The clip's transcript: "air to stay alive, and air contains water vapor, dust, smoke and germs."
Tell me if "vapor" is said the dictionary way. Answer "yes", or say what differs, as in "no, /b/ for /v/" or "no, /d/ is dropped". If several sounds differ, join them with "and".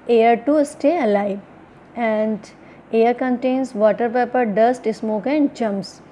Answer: no, /p/ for /v/